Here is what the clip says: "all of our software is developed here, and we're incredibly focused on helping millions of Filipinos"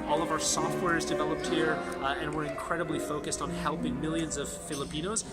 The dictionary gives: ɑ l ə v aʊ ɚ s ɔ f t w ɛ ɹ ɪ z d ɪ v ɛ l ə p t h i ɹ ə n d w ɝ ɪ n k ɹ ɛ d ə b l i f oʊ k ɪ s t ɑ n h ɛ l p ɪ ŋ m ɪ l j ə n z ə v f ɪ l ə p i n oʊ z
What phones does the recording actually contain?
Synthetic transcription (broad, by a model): ɑ l ə v aʊ ɚ s ɔ f t w ɛ ɹ ɪ z d ɪ v ɛ l ə p t h i ɹ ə n w ɝ ɪ n k ɹ ɛ d ə b l i f oʊ k ɪ s t n h ɛ l p ɪ ŋ m ɪ l j ə n z ə v f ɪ l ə p i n oʊ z